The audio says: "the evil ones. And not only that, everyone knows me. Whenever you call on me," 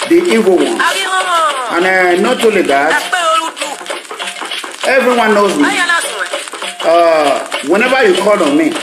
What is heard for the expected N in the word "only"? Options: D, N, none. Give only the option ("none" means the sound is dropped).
none